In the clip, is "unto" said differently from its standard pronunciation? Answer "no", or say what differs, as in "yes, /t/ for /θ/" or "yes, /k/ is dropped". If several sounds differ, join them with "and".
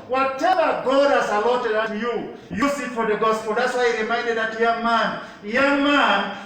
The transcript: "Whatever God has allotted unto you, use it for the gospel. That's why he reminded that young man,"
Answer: yes, /n/ is dropped